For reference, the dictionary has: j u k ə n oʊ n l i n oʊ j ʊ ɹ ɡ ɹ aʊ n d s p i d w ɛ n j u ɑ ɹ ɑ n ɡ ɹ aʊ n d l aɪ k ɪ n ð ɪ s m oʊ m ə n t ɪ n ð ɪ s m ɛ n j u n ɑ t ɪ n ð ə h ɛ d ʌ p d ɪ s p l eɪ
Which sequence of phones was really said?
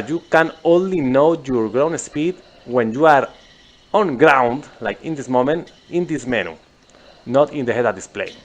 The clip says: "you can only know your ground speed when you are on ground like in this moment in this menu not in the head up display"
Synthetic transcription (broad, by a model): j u k ə n oʊ n l i n oʊ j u ɹ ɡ ɹ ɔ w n s p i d w ɛ n j u ɑ ɹ ɑ n ɡ ɹ aʊ n d l aɪ k ɪ n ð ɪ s m oʊ m ə n t ɪ n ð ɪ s m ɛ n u n ɑ t ɪ n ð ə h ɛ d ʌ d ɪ s p l eɪ